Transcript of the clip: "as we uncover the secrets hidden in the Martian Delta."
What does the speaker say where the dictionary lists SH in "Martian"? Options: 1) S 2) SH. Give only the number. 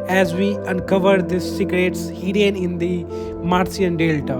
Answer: 1